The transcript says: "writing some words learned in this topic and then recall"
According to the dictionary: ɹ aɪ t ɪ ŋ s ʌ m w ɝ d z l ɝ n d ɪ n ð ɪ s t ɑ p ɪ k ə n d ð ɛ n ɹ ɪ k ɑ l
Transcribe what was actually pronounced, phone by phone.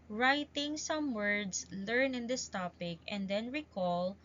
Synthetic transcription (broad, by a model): ɹ aɪ t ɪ ŋ s ʌ m w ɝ d s l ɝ n ɪ n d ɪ s t ɑ p ɪ k ə n d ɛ n ɹ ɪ k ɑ l